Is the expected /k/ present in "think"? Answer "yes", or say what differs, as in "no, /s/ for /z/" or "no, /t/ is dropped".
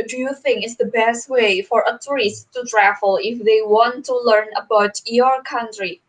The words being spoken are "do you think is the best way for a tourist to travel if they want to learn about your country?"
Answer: no, /k/ is dropped